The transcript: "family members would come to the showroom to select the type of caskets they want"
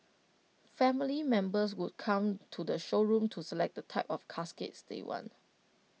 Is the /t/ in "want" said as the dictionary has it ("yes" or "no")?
no